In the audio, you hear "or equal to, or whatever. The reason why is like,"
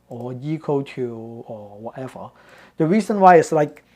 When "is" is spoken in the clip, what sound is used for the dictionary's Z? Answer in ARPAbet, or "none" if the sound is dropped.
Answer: S